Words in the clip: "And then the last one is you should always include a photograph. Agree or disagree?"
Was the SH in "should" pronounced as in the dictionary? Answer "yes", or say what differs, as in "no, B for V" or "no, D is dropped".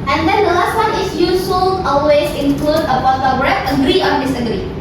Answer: no, S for SH